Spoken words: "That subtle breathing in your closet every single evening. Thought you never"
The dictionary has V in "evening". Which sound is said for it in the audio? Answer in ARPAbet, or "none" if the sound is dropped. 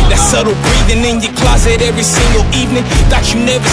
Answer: V